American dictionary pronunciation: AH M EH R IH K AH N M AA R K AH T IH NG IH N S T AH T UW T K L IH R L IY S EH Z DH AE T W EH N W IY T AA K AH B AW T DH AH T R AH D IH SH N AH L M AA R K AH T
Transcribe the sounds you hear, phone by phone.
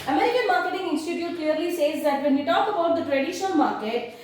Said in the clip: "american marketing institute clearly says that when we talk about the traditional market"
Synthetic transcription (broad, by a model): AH M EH R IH K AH N M AA R K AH T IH NG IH N S T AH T UW T K L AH R L IY S EH Z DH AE T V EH N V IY T AA K AH B AW T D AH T R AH D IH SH AH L M AA R K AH T